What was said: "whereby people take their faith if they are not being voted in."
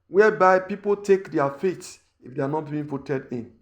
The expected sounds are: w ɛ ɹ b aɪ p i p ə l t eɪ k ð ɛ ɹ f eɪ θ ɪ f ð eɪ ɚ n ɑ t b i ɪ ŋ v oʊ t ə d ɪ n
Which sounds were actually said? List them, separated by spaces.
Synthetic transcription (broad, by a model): w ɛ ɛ b aɪ p i p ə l t eɪ k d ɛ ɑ f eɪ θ ɪ f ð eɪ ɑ n ɑ t b i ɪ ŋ f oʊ t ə d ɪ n